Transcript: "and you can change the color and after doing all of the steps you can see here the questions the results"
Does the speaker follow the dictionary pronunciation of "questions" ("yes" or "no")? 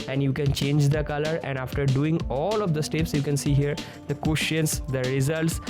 no